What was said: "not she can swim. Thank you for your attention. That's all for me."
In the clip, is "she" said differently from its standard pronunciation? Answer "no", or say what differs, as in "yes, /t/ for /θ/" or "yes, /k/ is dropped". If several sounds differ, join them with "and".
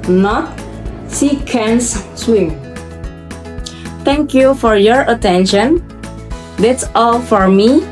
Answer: yes, /s/ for /ʃ/